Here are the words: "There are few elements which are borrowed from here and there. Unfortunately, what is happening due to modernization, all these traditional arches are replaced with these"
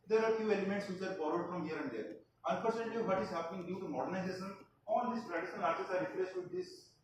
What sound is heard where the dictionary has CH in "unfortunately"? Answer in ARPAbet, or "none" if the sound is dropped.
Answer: S